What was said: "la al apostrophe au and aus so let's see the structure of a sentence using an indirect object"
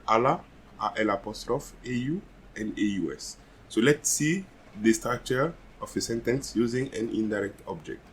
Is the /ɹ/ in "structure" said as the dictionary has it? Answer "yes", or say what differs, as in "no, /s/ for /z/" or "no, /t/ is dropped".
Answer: no, /ɹ/ is dropped